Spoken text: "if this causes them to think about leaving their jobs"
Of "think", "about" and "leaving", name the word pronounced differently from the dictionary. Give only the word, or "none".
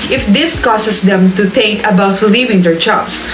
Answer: think